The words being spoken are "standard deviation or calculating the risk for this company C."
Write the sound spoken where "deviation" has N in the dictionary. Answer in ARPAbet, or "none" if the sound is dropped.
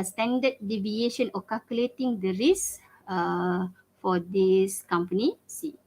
N